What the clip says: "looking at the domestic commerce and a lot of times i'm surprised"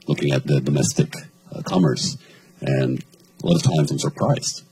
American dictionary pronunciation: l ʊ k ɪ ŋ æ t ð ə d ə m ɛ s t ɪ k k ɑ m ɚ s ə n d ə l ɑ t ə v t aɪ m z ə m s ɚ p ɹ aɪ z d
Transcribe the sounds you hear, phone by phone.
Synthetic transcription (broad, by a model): l ʊ k ɪ ŋ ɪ t ð ə d ə m ɛ s t ɪ k k ɑ m ɚ s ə n ə l ɑ t ə v t aɪ m z ə m s ɚ p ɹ aɪ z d